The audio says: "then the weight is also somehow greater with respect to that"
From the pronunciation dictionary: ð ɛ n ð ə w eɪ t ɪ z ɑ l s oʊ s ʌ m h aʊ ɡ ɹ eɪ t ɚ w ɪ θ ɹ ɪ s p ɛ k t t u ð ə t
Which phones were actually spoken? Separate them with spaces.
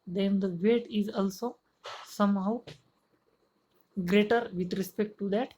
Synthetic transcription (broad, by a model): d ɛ n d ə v eɪ t ɪ z ɑ l s oʊ s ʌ m h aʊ ɡ ɹ eɪ t ɚ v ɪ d ɹ ɪ s p ɛ k t t u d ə t